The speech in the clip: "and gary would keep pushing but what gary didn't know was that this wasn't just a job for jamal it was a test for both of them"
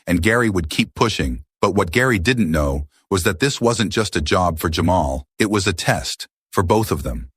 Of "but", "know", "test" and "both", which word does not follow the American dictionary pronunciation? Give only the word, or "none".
none